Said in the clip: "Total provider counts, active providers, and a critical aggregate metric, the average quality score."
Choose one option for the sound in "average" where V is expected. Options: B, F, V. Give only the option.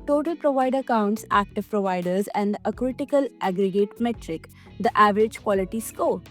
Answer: V